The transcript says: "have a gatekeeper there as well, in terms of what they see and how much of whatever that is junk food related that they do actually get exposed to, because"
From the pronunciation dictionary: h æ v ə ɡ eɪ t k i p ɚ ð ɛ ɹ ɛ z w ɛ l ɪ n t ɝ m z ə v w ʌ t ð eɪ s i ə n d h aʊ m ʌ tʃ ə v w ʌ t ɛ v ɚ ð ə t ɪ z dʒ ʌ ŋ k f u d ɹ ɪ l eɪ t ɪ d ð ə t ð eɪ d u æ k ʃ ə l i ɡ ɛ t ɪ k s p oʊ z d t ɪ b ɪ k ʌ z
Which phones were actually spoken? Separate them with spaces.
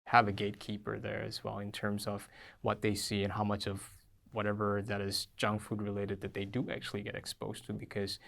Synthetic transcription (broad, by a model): h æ v ə ɡ eɪ t k i p ɚ ð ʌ ɹ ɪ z w ɛ l ɪ n t ɝ m z ə v w ʌ t ð eɪ s i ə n h aʊ m ʌ tʃ ə v w ʌ t ɛ v ɚ ð ə t ɪ z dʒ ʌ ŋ f u d ɹ ɪ l eɪ t ɪ d ð ə t ð eɪ d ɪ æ k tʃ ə l i ɡ ɛ t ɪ k s p oʊ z t ɪ b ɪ k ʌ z